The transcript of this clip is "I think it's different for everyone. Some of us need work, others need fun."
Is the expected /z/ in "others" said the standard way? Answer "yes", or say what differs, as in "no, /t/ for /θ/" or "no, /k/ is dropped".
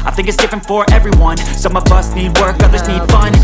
yes